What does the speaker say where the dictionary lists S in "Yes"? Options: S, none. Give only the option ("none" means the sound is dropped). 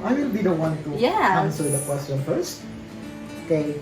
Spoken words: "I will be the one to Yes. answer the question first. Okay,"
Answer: none